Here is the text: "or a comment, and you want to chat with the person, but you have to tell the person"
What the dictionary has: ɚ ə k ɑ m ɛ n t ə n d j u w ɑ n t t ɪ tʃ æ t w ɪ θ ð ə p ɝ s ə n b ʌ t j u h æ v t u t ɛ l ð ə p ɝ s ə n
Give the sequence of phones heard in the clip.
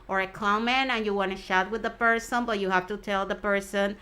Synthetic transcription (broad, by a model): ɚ ə k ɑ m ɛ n ə n j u w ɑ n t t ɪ ʃ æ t w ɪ ð ə p ɝ s ə n b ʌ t j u h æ f t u t ɛ l ð ə p ɝ s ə n